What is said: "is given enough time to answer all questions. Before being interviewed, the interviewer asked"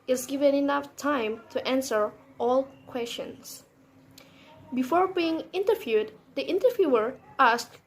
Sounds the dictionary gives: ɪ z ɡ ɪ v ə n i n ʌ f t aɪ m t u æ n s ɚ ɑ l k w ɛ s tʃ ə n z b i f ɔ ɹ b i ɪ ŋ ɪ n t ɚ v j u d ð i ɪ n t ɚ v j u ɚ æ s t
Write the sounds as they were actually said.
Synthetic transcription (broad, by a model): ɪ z ɡ ɪ v ə n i n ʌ f t aɪ m t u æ n s ɚ ɑ l k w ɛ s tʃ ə n s b i f ɔ ɹ b i ɪ ŋ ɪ n t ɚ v j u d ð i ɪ n t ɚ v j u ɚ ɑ s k